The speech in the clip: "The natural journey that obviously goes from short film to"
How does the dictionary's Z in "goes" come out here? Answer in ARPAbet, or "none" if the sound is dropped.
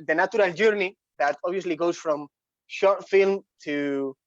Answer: S